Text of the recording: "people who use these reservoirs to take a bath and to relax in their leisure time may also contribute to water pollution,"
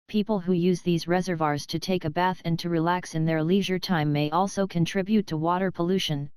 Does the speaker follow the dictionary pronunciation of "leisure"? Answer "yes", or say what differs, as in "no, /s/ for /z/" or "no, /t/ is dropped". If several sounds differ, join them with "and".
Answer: yes